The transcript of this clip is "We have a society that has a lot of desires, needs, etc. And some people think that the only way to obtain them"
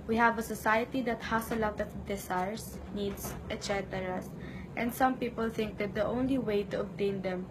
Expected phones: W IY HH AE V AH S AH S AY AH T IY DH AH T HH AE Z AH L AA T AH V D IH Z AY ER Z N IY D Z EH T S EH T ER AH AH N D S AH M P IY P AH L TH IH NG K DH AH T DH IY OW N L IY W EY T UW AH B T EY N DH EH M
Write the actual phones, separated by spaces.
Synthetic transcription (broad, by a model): W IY HH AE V AH S AH S AY AH T IY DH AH T HH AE S AH L AA T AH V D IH S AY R S N IY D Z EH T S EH T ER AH AH N D S AH M P IY P AH L TH IH NG K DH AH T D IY OW N L IY W EY T UW AH B T EY N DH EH M